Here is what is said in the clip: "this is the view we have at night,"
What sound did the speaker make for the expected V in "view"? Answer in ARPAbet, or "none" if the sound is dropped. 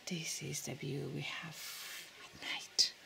B